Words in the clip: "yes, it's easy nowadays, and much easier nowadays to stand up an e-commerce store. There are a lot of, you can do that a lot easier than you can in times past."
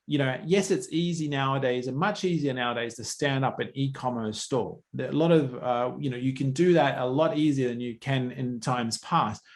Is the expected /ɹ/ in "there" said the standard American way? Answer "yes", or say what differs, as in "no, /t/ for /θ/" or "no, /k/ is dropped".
no, /l/ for /ɹ/